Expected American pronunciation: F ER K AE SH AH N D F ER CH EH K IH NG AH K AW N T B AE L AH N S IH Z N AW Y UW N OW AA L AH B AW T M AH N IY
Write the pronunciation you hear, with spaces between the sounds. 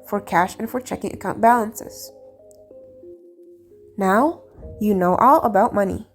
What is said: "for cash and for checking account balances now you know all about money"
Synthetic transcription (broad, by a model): F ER K AE SH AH N F ER CH EH K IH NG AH K AW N B AE L AH N S IH Z N AW Y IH N OW AA L AH B AW T M AH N IY